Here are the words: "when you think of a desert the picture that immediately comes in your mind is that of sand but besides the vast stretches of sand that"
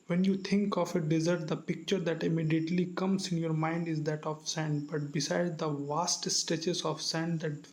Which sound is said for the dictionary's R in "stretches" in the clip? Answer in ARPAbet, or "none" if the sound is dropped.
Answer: none